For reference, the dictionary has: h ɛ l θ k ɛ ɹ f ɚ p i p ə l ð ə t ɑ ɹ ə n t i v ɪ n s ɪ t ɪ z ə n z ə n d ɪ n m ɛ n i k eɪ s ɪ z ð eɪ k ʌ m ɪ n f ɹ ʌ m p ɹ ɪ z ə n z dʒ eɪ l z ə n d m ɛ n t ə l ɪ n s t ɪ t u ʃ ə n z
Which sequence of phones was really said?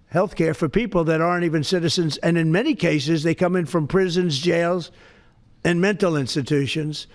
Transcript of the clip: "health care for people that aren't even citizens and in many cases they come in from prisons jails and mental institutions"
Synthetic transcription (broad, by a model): h ɛ l θ k ɛ ɹ f ɚ p i p l ð ə t ɑ ɹ ə n t i v ɪ n s ɪ t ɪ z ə n z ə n ɪ n m ɛ n i k eɪ s ɪ z ð eɪ k ʌ m ɪ n f ɹ ʌ m p ɹ ɪ z ə n z dʒ eɪ l z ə n m ɛ n t l ɪ n s t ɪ t u ʃ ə n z